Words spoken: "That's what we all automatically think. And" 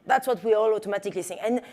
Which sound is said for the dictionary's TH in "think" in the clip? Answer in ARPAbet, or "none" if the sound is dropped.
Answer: S